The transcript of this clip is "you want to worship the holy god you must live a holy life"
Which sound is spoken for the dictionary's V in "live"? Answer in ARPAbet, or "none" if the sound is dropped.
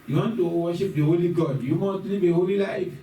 B